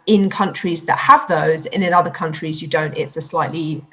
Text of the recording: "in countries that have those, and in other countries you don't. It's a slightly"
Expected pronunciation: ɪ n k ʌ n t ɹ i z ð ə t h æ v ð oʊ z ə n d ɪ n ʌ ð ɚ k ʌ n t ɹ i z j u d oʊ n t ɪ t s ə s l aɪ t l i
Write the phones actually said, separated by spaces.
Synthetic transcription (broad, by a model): ɪ n k ʌ n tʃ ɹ i z ð ə t h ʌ v ð oʊ z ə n ɪ n ʌ ð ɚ k ʌ n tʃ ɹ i z j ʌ d oʊ n t ɪ t s ə s l aɪ t l i